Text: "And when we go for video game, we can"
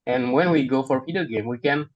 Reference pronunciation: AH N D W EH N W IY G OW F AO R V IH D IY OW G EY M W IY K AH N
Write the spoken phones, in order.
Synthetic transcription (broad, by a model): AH N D W EH N W IY G OW F AO R P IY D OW G EY M W IY K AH N